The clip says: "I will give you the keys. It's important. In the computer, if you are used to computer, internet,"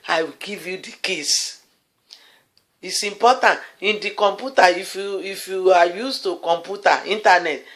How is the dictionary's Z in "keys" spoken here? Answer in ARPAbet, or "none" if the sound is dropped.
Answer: S